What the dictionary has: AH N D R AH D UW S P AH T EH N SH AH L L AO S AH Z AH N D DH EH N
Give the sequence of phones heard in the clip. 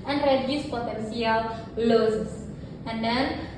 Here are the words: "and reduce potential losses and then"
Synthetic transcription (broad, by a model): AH N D R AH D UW S P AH T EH N S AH L L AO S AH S AH N D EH N